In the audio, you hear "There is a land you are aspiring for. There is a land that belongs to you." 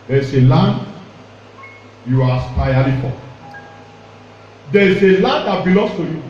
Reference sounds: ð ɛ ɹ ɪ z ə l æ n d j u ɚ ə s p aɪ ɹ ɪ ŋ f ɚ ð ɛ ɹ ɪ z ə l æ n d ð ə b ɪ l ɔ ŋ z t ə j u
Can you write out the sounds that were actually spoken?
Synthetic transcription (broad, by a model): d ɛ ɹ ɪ s ə l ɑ n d j u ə s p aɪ l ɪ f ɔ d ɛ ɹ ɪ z ə l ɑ n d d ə b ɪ l ɔ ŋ s t ə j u